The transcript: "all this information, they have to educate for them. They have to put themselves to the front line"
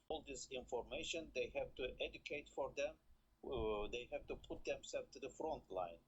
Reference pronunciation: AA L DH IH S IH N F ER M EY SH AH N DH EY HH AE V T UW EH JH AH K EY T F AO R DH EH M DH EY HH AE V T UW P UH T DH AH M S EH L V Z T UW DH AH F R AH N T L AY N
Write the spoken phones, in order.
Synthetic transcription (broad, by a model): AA L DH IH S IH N F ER M EY SH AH N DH EY HH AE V T UW EH JH AH K EY T F AO R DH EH M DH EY HH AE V T UW P UH T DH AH M S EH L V T UW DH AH F R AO N T L AY N